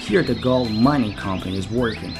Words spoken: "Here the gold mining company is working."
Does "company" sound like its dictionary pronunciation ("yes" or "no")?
yes